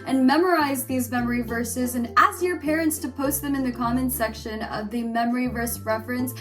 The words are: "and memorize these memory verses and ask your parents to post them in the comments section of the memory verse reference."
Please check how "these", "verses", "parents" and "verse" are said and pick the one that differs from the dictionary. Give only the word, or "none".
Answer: none